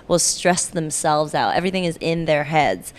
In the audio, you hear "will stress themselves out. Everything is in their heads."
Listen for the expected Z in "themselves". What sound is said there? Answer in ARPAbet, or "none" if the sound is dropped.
Z